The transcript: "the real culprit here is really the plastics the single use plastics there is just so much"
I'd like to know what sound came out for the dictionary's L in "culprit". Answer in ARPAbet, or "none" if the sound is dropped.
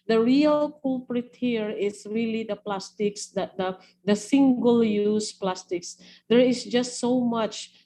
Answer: none